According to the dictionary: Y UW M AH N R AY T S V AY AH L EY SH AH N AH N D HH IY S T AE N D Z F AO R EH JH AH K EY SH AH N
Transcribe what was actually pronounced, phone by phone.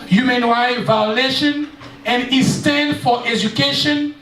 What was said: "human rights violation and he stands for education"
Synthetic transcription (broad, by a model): Y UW M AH N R AY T V AY AH L EY SH AH N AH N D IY S T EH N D F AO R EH JH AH K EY SH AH N